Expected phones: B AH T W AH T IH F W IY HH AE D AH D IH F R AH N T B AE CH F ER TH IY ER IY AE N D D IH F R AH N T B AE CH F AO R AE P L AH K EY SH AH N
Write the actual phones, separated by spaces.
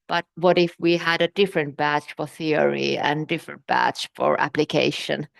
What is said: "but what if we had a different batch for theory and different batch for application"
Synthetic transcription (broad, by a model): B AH T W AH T IH F W IY HH AE D AH D IH F R AH N T B AE CH F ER TH IY ER IY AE N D D IH F R AH N T B AE CH F AO R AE P L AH K EY SH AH N